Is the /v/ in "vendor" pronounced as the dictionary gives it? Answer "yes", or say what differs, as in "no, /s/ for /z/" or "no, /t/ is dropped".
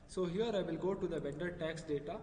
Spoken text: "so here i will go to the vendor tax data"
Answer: no, /b/ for /v/